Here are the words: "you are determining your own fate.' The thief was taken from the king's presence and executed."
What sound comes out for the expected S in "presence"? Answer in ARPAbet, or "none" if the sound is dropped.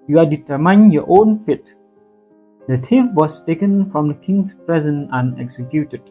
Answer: none